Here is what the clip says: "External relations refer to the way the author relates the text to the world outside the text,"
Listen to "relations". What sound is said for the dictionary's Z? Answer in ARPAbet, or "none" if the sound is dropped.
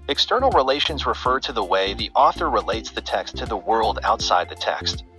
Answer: Z